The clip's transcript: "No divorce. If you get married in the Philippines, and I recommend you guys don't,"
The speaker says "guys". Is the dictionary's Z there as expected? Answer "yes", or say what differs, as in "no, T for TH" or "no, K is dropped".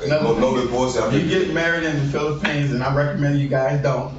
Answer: yes